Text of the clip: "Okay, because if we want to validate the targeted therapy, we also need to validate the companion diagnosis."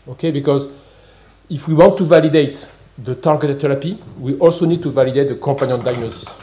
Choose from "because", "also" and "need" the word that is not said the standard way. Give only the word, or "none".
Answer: none